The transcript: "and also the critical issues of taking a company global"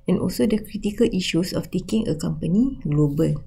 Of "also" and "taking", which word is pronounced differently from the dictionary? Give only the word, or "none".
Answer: none